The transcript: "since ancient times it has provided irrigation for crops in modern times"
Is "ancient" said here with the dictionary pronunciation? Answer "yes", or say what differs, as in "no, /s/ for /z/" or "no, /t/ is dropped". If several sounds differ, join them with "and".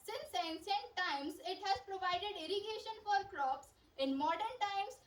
no, /s/ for /ʃ/